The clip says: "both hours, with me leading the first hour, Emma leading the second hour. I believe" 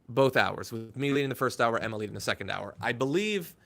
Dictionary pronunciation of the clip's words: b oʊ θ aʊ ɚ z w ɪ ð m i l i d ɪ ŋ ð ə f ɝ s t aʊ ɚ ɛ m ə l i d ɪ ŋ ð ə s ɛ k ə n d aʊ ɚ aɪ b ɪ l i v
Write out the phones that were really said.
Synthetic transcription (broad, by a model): b oʊ θ aʊ ɚ z w ɪ ð m i l i d ɪ ŋ ð ə f ɝ s t aʊ ɚ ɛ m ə l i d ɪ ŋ ð ə s ɛ k n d aʊ ɚ aɪ b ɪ l i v